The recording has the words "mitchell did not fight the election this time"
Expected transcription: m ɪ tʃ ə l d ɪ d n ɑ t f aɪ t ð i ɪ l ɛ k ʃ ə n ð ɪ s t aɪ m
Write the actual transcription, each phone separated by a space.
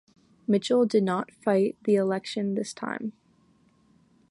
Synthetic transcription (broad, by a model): m ɪ tʃ l d ɪ d n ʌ t f aɪ t ð i ɪ l ɛ k ʃ ə n ð ɪ s t aɪ m